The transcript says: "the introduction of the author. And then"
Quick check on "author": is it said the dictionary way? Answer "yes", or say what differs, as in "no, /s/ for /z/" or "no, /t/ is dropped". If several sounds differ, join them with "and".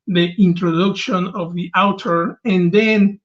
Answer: no, /t/ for /θ/